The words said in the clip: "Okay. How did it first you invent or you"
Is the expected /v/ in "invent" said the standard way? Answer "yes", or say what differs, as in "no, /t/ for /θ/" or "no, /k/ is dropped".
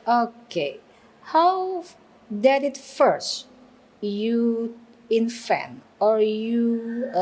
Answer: no, /f/ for /v/